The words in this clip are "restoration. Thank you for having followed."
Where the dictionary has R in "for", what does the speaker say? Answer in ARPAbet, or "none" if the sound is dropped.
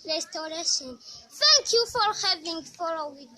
R